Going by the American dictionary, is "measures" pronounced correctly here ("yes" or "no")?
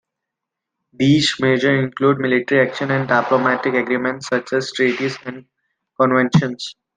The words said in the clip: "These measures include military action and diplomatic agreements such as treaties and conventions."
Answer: no